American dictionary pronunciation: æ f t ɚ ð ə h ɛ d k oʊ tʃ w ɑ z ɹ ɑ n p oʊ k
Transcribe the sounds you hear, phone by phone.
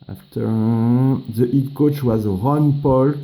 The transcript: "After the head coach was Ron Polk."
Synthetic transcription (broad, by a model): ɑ f t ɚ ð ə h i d k oʊ tʃ w ɑ z ɹ ɑ n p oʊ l